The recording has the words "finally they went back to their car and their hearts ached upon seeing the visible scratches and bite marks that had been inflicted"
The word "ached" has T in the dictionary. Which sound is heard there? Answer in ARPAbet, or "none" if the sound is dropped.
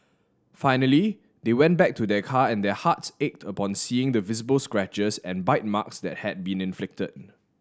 T